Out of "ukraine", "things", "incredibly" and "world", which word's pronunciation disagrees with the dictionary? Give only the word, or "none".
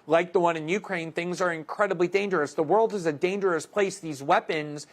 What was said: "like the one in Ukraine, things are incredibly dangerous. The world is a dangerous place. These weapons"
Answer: none